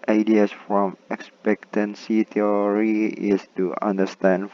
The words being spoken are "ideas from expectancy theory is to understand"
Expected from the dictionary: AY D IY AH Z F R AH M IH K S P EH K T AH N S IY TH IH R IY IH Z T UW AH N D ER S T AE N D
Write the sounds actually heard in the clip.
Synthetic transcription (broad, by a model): AY D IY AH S F R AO M IH K S P EH K T AH N S IY T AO R IY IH S T UW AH N D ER S T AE N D